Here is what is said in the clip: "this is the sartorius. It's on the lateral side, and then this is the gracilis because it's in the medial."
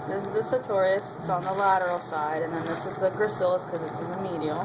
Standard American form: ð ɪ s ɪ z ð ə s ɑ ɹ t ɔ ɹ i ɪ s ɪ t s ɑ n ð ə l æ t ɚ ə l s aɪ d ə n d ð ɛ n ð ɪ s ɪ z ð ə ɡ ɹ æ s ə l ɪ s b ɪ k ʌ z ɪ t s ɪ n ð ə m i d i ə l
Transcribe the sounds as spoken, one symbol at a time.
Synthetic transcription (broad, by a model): ð ɪ s ɪ z ð ə s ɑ t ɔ ɹ i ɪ s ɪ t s n ð ə l æ t ɚ l s aɪ d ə n ð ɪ n ð ɪ s ɪ z ð ə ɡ ɹ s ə l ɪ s k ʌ z ɪ t s ɪ n ð ə m i d i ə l